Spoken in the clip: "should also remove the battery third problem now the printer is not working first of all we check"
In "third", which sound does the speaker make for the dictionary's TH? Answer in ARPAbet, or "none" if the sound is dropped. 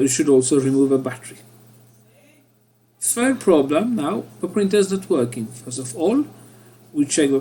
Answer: F